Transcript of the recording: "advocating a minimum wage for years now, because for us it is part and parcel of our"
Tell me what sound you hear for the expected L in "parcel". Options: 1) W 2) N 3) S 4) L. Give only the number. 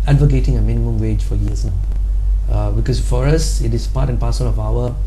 2